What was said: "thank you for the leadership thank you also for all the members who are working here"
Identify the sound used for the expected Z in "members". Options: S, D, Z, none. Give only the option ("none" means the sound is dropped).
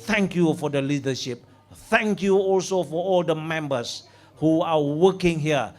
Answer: S